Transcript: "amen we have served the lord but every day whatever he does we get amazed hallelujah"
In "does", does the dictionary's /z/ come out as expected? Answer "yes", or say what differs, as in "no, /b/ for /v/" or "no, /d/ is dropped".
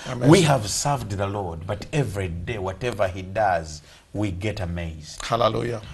yes